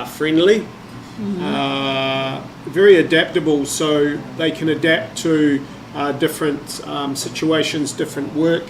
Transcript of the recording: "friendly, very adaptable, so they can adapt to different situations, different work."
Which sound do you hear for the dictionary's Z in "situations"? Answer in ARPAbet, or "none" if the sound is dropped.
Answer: Z